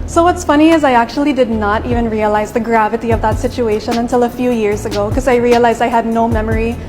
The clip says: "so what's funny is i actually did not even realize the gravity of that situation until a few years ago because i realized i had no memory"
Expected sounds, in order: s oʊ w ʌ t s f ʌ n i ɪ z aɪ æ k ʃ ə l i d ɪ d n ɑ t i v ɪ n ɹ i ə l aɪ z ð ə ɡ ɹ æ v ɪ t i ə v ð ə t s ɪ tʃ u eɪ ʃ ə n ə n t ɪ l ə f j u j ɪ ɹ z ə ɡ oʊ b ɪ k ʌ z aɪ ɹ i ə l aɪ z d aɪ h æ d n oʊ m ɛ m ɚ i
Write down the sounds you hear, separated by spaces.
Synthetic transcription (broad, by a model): s oʊ w ʌ t s f ʌ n i ɪ z aɪ æ k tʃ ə l i d ɪ d n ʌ t i v ɪ n ɹ i ə l aɪ z ð ə ɡ ɹ æ v ɪ t i ə v ð ə t s ɪ tʃ u eɪ ʃ ə n ə n t ɪ l ə f j u j ɪ ɹ z ə ɡ oʊ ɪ k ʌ z aɪ ɹ i ə l aɪ z d aɪ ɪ d n oʊ m ɛ m ɚ i